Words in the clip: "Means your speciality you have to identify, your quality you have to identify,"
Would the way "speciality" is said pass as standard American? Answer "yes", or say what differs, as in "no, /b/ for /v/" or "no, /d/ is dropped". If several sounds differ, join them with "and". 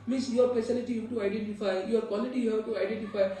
no, /s/ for /ʃ/